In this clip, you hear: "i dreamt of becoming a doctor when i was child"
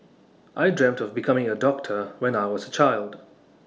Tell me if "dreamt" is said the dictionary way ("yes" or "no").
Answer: yes